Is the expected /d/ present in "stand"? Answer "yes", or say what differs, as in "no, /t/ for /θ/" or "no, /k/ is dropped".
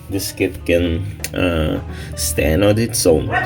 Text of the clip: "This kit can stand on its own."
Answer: no, /d/ is dropped